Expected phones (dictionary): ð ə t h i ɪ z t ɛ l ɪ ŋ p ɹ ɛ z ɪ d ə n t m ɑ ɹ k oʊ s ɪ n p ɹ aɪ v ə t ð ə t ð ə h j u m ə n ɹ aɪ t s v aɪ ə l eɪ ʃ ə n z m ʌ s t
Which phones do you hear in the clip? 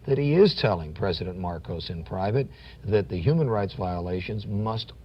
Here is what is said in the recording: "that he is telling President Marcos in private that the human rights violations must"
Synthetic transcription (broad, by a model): ð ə t h i ɪ z t ɛ l ɪ ŋ p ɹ ɛ z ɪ d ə n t m ɑ ɹ k oʊ s ɪ n p ɹ aɪ v ə t ð ə t ð ə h j u m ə n ɹ aɪ t s v aɪ ə l eɪ ʃ ə n z m ʌ s t